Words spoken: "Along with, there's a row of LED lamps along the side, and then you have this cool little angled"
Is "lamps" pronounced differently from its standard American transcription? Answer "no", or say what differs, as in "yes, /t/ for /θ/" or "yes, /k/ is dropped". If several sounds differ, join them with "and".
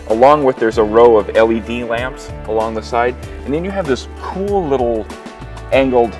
no